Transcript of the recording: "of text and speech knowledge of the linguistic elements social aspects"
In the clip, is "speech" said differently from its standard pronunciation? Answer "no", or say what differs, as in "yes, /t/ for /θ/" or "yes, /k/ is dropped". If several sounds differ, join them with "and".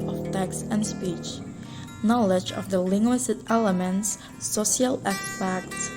no